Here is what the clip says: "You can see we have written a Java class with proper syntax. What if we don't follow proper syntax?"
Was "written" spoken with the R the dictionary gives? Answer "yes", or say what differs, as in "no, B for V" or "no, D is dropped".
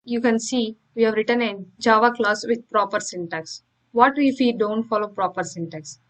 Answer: yes